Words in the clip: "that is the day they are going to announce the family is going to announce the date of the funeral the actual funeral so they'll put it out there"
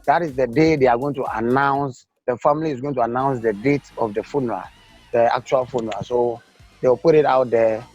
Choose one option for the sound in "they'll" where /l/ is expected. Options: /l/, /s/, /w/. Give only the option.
/w/